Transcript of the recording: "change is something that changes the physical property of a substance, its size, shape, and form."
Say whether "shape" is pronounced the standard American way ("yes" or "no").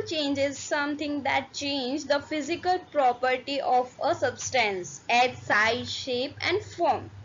yes